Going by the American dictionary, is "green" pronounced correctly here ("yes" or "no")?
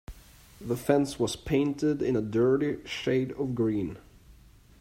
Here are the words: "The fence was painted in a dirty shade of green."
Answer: yes